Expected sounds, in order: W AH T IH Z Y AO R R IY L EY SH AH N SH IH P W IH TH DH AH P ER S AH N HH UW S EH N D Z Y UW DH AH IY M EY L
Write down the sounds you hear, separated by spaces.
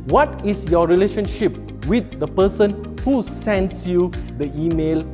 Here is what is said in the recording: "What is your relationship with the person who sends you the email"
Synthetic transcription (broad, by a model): W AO T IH S Y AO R R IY L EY SH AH N SH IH P W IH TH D AH P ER S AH N HH UW S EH N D S Y UW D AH IY M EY L